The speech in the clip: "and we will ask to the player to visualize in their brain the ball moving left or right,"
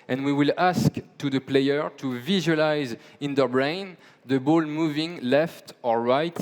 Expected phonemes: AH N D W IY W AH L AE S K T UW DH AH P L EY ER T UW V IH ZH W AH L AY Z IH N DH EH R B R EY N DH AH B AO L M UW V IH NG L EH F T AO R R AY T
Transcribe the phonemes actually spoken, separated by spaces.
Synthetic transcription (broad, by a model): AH N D W IY W AH L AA S K T UW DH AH P L EY ER T UW V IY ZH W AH L AY Z IH N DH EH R B R EY N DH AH B AO L M UW V IH NG L EH F T AO R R AY T